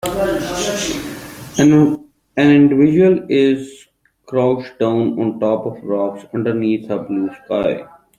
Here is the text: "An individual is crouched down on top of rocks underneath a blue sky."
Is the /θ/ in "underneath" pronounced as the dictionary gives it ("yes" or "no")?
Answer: no